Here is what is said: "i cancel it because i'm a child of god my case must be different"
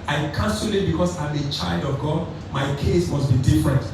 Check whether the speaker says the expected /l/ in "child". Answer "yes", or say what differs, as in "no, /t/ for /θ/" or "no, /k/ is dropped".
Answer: yes